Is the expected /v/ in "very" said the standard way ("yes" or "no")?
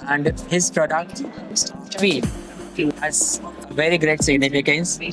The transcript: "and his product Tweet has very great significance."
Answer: yes